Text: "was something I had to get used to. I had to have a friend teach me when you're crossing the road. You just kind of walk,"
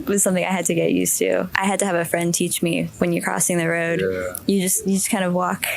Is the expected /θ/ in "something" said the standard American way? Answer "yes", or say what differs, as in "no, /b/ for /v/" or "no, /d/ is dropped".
yes